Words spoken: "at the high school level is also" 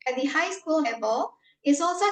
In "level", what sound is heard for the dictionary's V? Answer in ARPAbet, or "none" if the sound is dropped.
B